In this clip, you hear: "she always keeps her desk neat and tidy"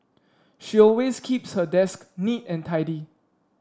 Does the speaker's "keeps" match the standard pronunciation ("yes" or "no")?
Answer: yes